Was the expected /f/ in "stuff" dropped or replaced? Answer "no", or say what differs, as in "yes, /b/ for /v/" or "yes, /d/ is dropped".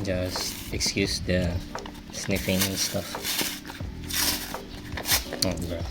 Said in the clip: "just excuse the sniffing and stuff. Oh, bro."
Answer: no